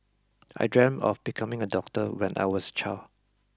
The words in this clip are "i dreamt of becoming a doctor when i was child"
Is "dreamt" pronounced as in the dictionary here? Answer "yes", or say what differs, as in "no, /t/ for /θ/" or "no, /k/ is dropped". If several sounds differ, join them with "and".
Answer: no, /t/ is dropped